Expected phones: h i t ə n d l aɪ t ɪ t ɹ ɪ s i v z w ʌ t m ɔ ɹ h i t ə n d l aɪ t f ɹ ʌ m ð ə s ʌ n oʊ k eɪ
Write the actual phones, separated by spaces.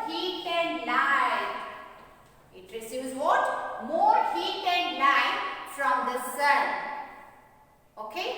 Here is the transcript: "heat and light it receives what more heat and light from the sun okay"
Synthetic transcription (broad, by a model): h i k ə n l aɪ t ɪ t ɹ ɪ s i z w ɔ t m ɔ ɹ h i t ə n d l aɪ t f ɹ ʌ m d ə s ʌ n oʊ k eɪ